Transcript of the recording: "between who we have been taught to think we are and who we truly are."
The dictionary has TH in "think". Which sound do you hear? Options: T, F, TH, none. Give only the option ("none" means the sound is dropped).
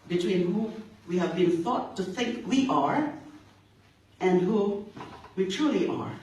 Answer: TH